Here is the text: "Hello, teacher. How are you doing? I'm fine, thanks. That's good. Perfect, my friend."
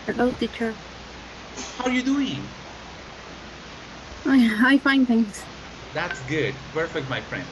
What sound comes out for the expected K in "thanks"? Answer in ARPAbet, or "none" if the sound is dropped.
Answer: none